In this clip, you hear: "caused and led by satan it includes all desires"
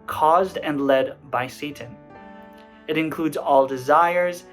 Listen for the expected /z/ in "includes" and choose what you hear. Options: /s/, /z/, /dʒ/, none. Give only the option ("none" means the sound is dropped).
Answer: /z/